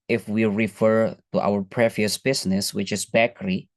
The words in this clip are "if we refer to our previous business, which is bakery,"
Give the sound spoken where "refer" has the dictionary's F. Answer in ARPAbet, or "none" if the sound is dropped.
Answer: F